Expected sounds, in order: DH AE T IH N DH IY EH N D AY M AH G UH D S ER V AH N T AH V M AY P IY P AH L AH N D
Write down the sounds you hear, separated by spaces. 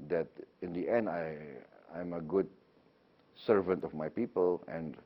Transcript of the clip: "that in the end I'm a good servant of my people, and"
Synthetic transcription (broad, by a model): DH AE T IH N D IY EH N D AY M AH G UH D S ER V AH N T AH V M AY P IY P AH L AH N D